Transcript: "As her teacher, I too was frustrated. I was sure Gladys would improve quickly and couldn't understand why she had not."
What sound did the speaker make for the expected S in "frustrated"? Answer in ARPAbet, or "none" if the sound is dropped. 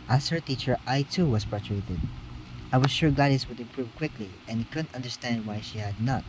none